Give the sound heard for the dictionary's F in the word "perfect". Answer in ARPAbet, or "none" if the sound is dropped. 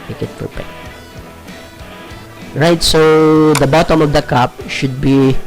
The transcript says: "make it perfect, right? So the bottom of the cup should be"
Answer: P